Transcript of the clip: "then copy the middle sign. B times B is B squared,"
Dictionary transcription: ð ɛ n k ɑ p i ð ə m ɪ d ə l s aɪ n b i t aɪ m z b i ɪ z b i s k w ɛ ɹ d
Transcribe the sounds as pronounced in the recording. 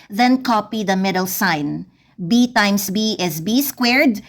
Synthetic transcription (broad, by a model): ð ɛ n k ɑ p i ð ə m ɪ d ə l s aɪ n b i t aɪ m s b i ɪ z b i s k w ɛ ɹ d